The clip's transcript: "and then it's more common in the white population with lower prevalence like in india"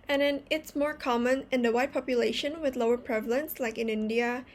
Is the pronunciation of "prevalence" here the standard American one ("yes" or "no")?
yes